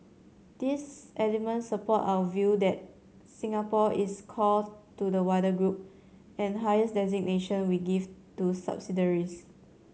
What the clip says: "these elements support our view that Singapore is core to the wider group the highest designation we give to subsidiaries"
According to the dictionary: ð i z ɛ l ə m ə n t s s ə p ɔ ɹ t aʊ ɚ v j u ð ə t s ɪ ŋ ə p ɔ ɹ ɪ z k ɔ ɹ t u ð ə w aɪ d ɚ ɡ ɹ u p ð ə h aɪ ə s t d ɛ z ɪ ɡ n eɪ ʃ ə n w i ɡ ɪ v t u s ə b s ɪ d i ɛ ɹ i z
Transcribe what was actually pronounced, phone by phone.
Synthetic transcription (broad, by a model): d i s ɛ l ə m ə n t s s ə p ɔ t aʊ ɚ v j u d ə t s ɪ ŋ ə p ɔ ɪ s k ɔ l t u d ə w aɪ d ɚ ɡ ɹ u p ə h aɪ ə s d ɛ z ɪ ɡ n eɪ ʃ ə n w i ɡ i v t u s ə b s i d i ɹ i s